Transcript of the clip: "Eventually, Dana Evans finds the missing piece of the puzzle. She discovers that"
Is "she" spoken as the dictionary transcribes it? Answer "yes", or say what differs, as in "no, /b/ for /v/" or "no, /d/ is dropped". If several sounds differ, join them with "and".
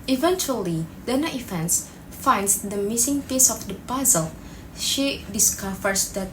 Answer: yes